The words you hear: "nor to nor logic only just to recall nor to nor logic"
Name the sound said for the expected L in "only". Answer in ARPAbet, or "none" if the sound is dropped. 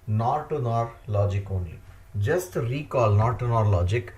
none